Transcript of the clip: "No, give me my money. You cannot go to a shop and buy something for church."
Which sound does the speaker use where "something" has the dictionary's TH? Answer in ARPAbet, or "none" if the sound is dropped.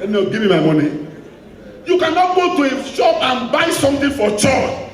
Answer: T